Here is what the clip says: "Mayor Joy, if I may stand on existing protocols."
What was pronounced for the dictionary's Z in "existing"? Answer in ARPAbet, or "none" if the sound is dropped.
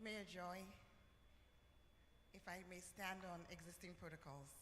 Z